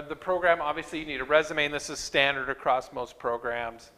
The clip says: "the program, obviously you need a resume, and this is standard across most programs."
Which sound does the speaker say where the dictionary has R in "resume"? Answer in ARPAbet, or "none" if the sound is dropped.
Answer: R